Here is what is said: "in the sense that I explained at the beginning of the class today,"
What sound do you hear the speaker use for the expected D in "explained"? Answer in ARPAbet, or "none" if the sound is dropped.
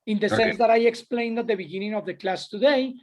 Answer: D